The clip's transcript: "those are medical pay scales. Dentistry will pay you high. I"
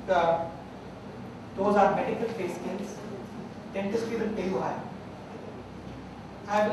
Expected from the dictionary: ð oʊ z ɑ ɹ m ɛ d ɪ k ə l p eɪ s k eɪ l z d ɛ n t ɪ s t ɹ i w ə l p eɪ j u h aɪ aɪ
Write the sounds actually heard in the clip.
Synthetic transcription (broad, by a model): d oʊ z ɑ ɹ m ɛ d ɪ k ə l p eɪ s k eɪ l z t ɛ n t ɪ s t i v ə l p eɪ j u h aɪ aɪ